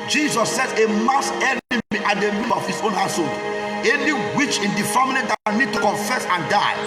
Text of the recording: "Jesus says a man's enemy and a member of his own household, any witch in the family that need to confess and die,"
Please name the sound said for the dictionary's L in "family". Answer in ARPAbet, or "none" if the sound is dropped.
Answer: N